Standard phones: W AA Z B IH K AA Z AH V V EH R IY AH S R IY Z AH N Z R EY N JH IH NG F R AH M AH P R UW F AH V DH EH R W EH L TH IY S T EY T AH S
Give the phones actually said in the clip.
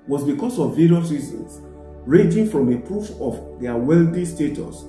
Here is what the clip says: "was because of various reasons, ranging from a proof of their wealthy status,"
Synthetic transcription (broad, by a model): W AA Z B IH K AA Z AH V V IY R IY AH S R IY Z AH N S R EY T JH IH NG F R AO M AH P R UW F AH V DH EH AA W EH L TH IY S T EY T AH S